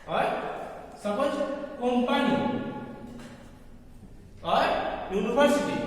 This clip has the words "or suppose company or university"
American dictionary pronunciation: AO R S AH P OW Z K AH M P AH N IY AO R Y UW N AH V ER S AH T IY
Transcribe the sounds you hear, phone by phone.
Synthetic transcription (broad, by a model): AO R S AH B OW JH K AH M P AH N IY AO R Y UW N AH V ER S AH T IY